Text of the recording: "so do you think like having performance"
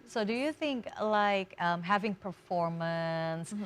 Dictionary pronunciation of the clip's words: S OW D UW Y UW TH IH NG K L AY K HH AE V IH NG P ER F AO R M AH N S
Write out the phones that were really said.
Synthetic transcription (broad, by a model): S OW D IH Y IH TH IH NG K L AY K HH AE V IH NG P ER F AO R M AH N S